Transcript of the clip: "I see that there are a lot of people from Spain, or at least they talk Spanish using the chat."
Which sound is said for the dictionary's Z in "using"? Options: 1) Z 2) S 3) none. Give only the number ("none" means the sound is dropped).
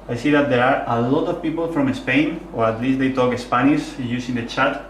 2